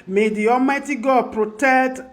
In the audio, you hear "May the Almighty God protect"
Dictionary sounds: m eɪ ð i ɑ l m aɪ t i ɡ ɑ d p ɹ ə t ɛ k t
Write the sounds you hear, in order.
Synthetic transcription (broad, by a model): m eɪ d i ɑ m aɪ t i ɡ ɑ p ɹ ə t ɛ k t